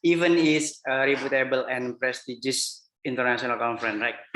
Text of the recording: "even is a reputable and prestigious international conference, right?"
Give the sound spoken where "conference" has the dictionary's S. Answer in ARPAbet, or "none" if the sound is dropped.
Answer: none